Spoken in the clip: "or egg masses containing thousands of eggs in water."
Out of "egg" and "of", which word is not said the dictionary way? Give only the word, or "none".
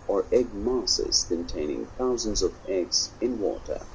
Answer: none